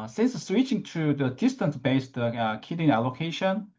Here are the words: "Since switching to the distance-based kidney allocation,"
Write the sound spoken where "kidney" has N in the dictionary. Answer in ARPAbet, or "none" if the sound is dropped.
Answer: none